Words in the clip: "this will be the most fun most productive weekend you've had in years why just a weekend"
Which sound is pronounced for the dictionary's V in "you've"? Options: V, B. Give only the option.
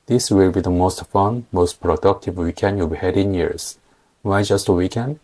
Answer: B